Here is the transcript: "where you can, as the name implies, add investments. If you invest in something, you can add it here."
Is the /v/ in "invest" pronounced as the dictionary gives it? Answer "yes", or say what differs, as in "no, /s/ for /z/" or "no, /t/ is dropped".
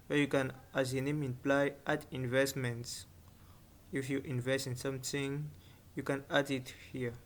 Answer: yes